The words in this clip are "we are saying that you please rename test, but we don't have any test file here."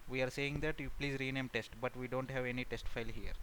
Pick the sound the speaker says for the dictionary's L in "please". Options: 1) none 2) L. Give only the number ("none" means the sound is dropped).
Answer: 2